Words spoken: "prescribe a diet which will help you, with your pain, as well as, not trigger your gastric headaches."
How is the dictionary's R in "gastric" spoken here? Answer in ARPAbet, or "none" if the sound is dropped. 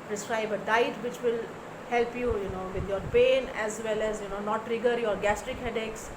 R